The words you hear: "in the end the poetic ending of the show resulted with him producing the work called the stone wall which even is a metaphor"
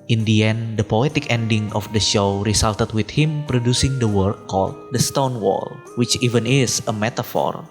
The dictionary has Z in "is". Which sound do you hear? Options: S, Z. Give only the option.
S